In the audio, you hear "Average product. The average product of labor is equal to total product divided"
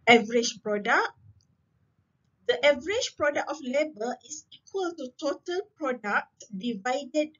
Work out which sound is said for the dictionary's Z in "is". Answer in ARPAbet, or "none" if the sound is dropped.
S